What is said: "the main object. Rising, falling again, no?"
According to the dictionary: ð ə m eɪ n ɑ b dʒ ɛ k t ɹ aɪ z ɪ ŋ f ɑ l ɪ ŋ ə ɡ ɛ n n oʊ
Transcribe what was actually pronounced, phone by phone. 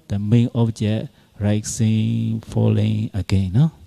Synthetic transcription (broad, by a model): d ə m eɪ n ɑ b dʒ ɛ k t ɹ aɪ s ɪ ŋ f ɑ l ɪ ŋ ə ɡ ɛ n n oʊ